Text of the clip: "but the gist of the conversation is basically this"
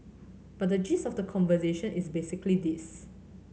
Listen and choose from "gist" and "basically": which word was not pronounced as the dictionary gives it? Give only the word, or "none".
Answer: gist